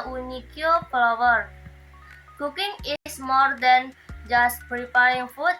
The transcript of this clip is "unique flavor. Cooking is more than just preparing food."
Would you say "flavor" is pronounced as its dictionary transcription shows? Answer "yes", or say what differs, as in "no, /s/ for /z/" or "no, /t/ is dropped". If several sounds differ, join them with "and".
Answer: no, /p/ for /f/ and /w/ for /v/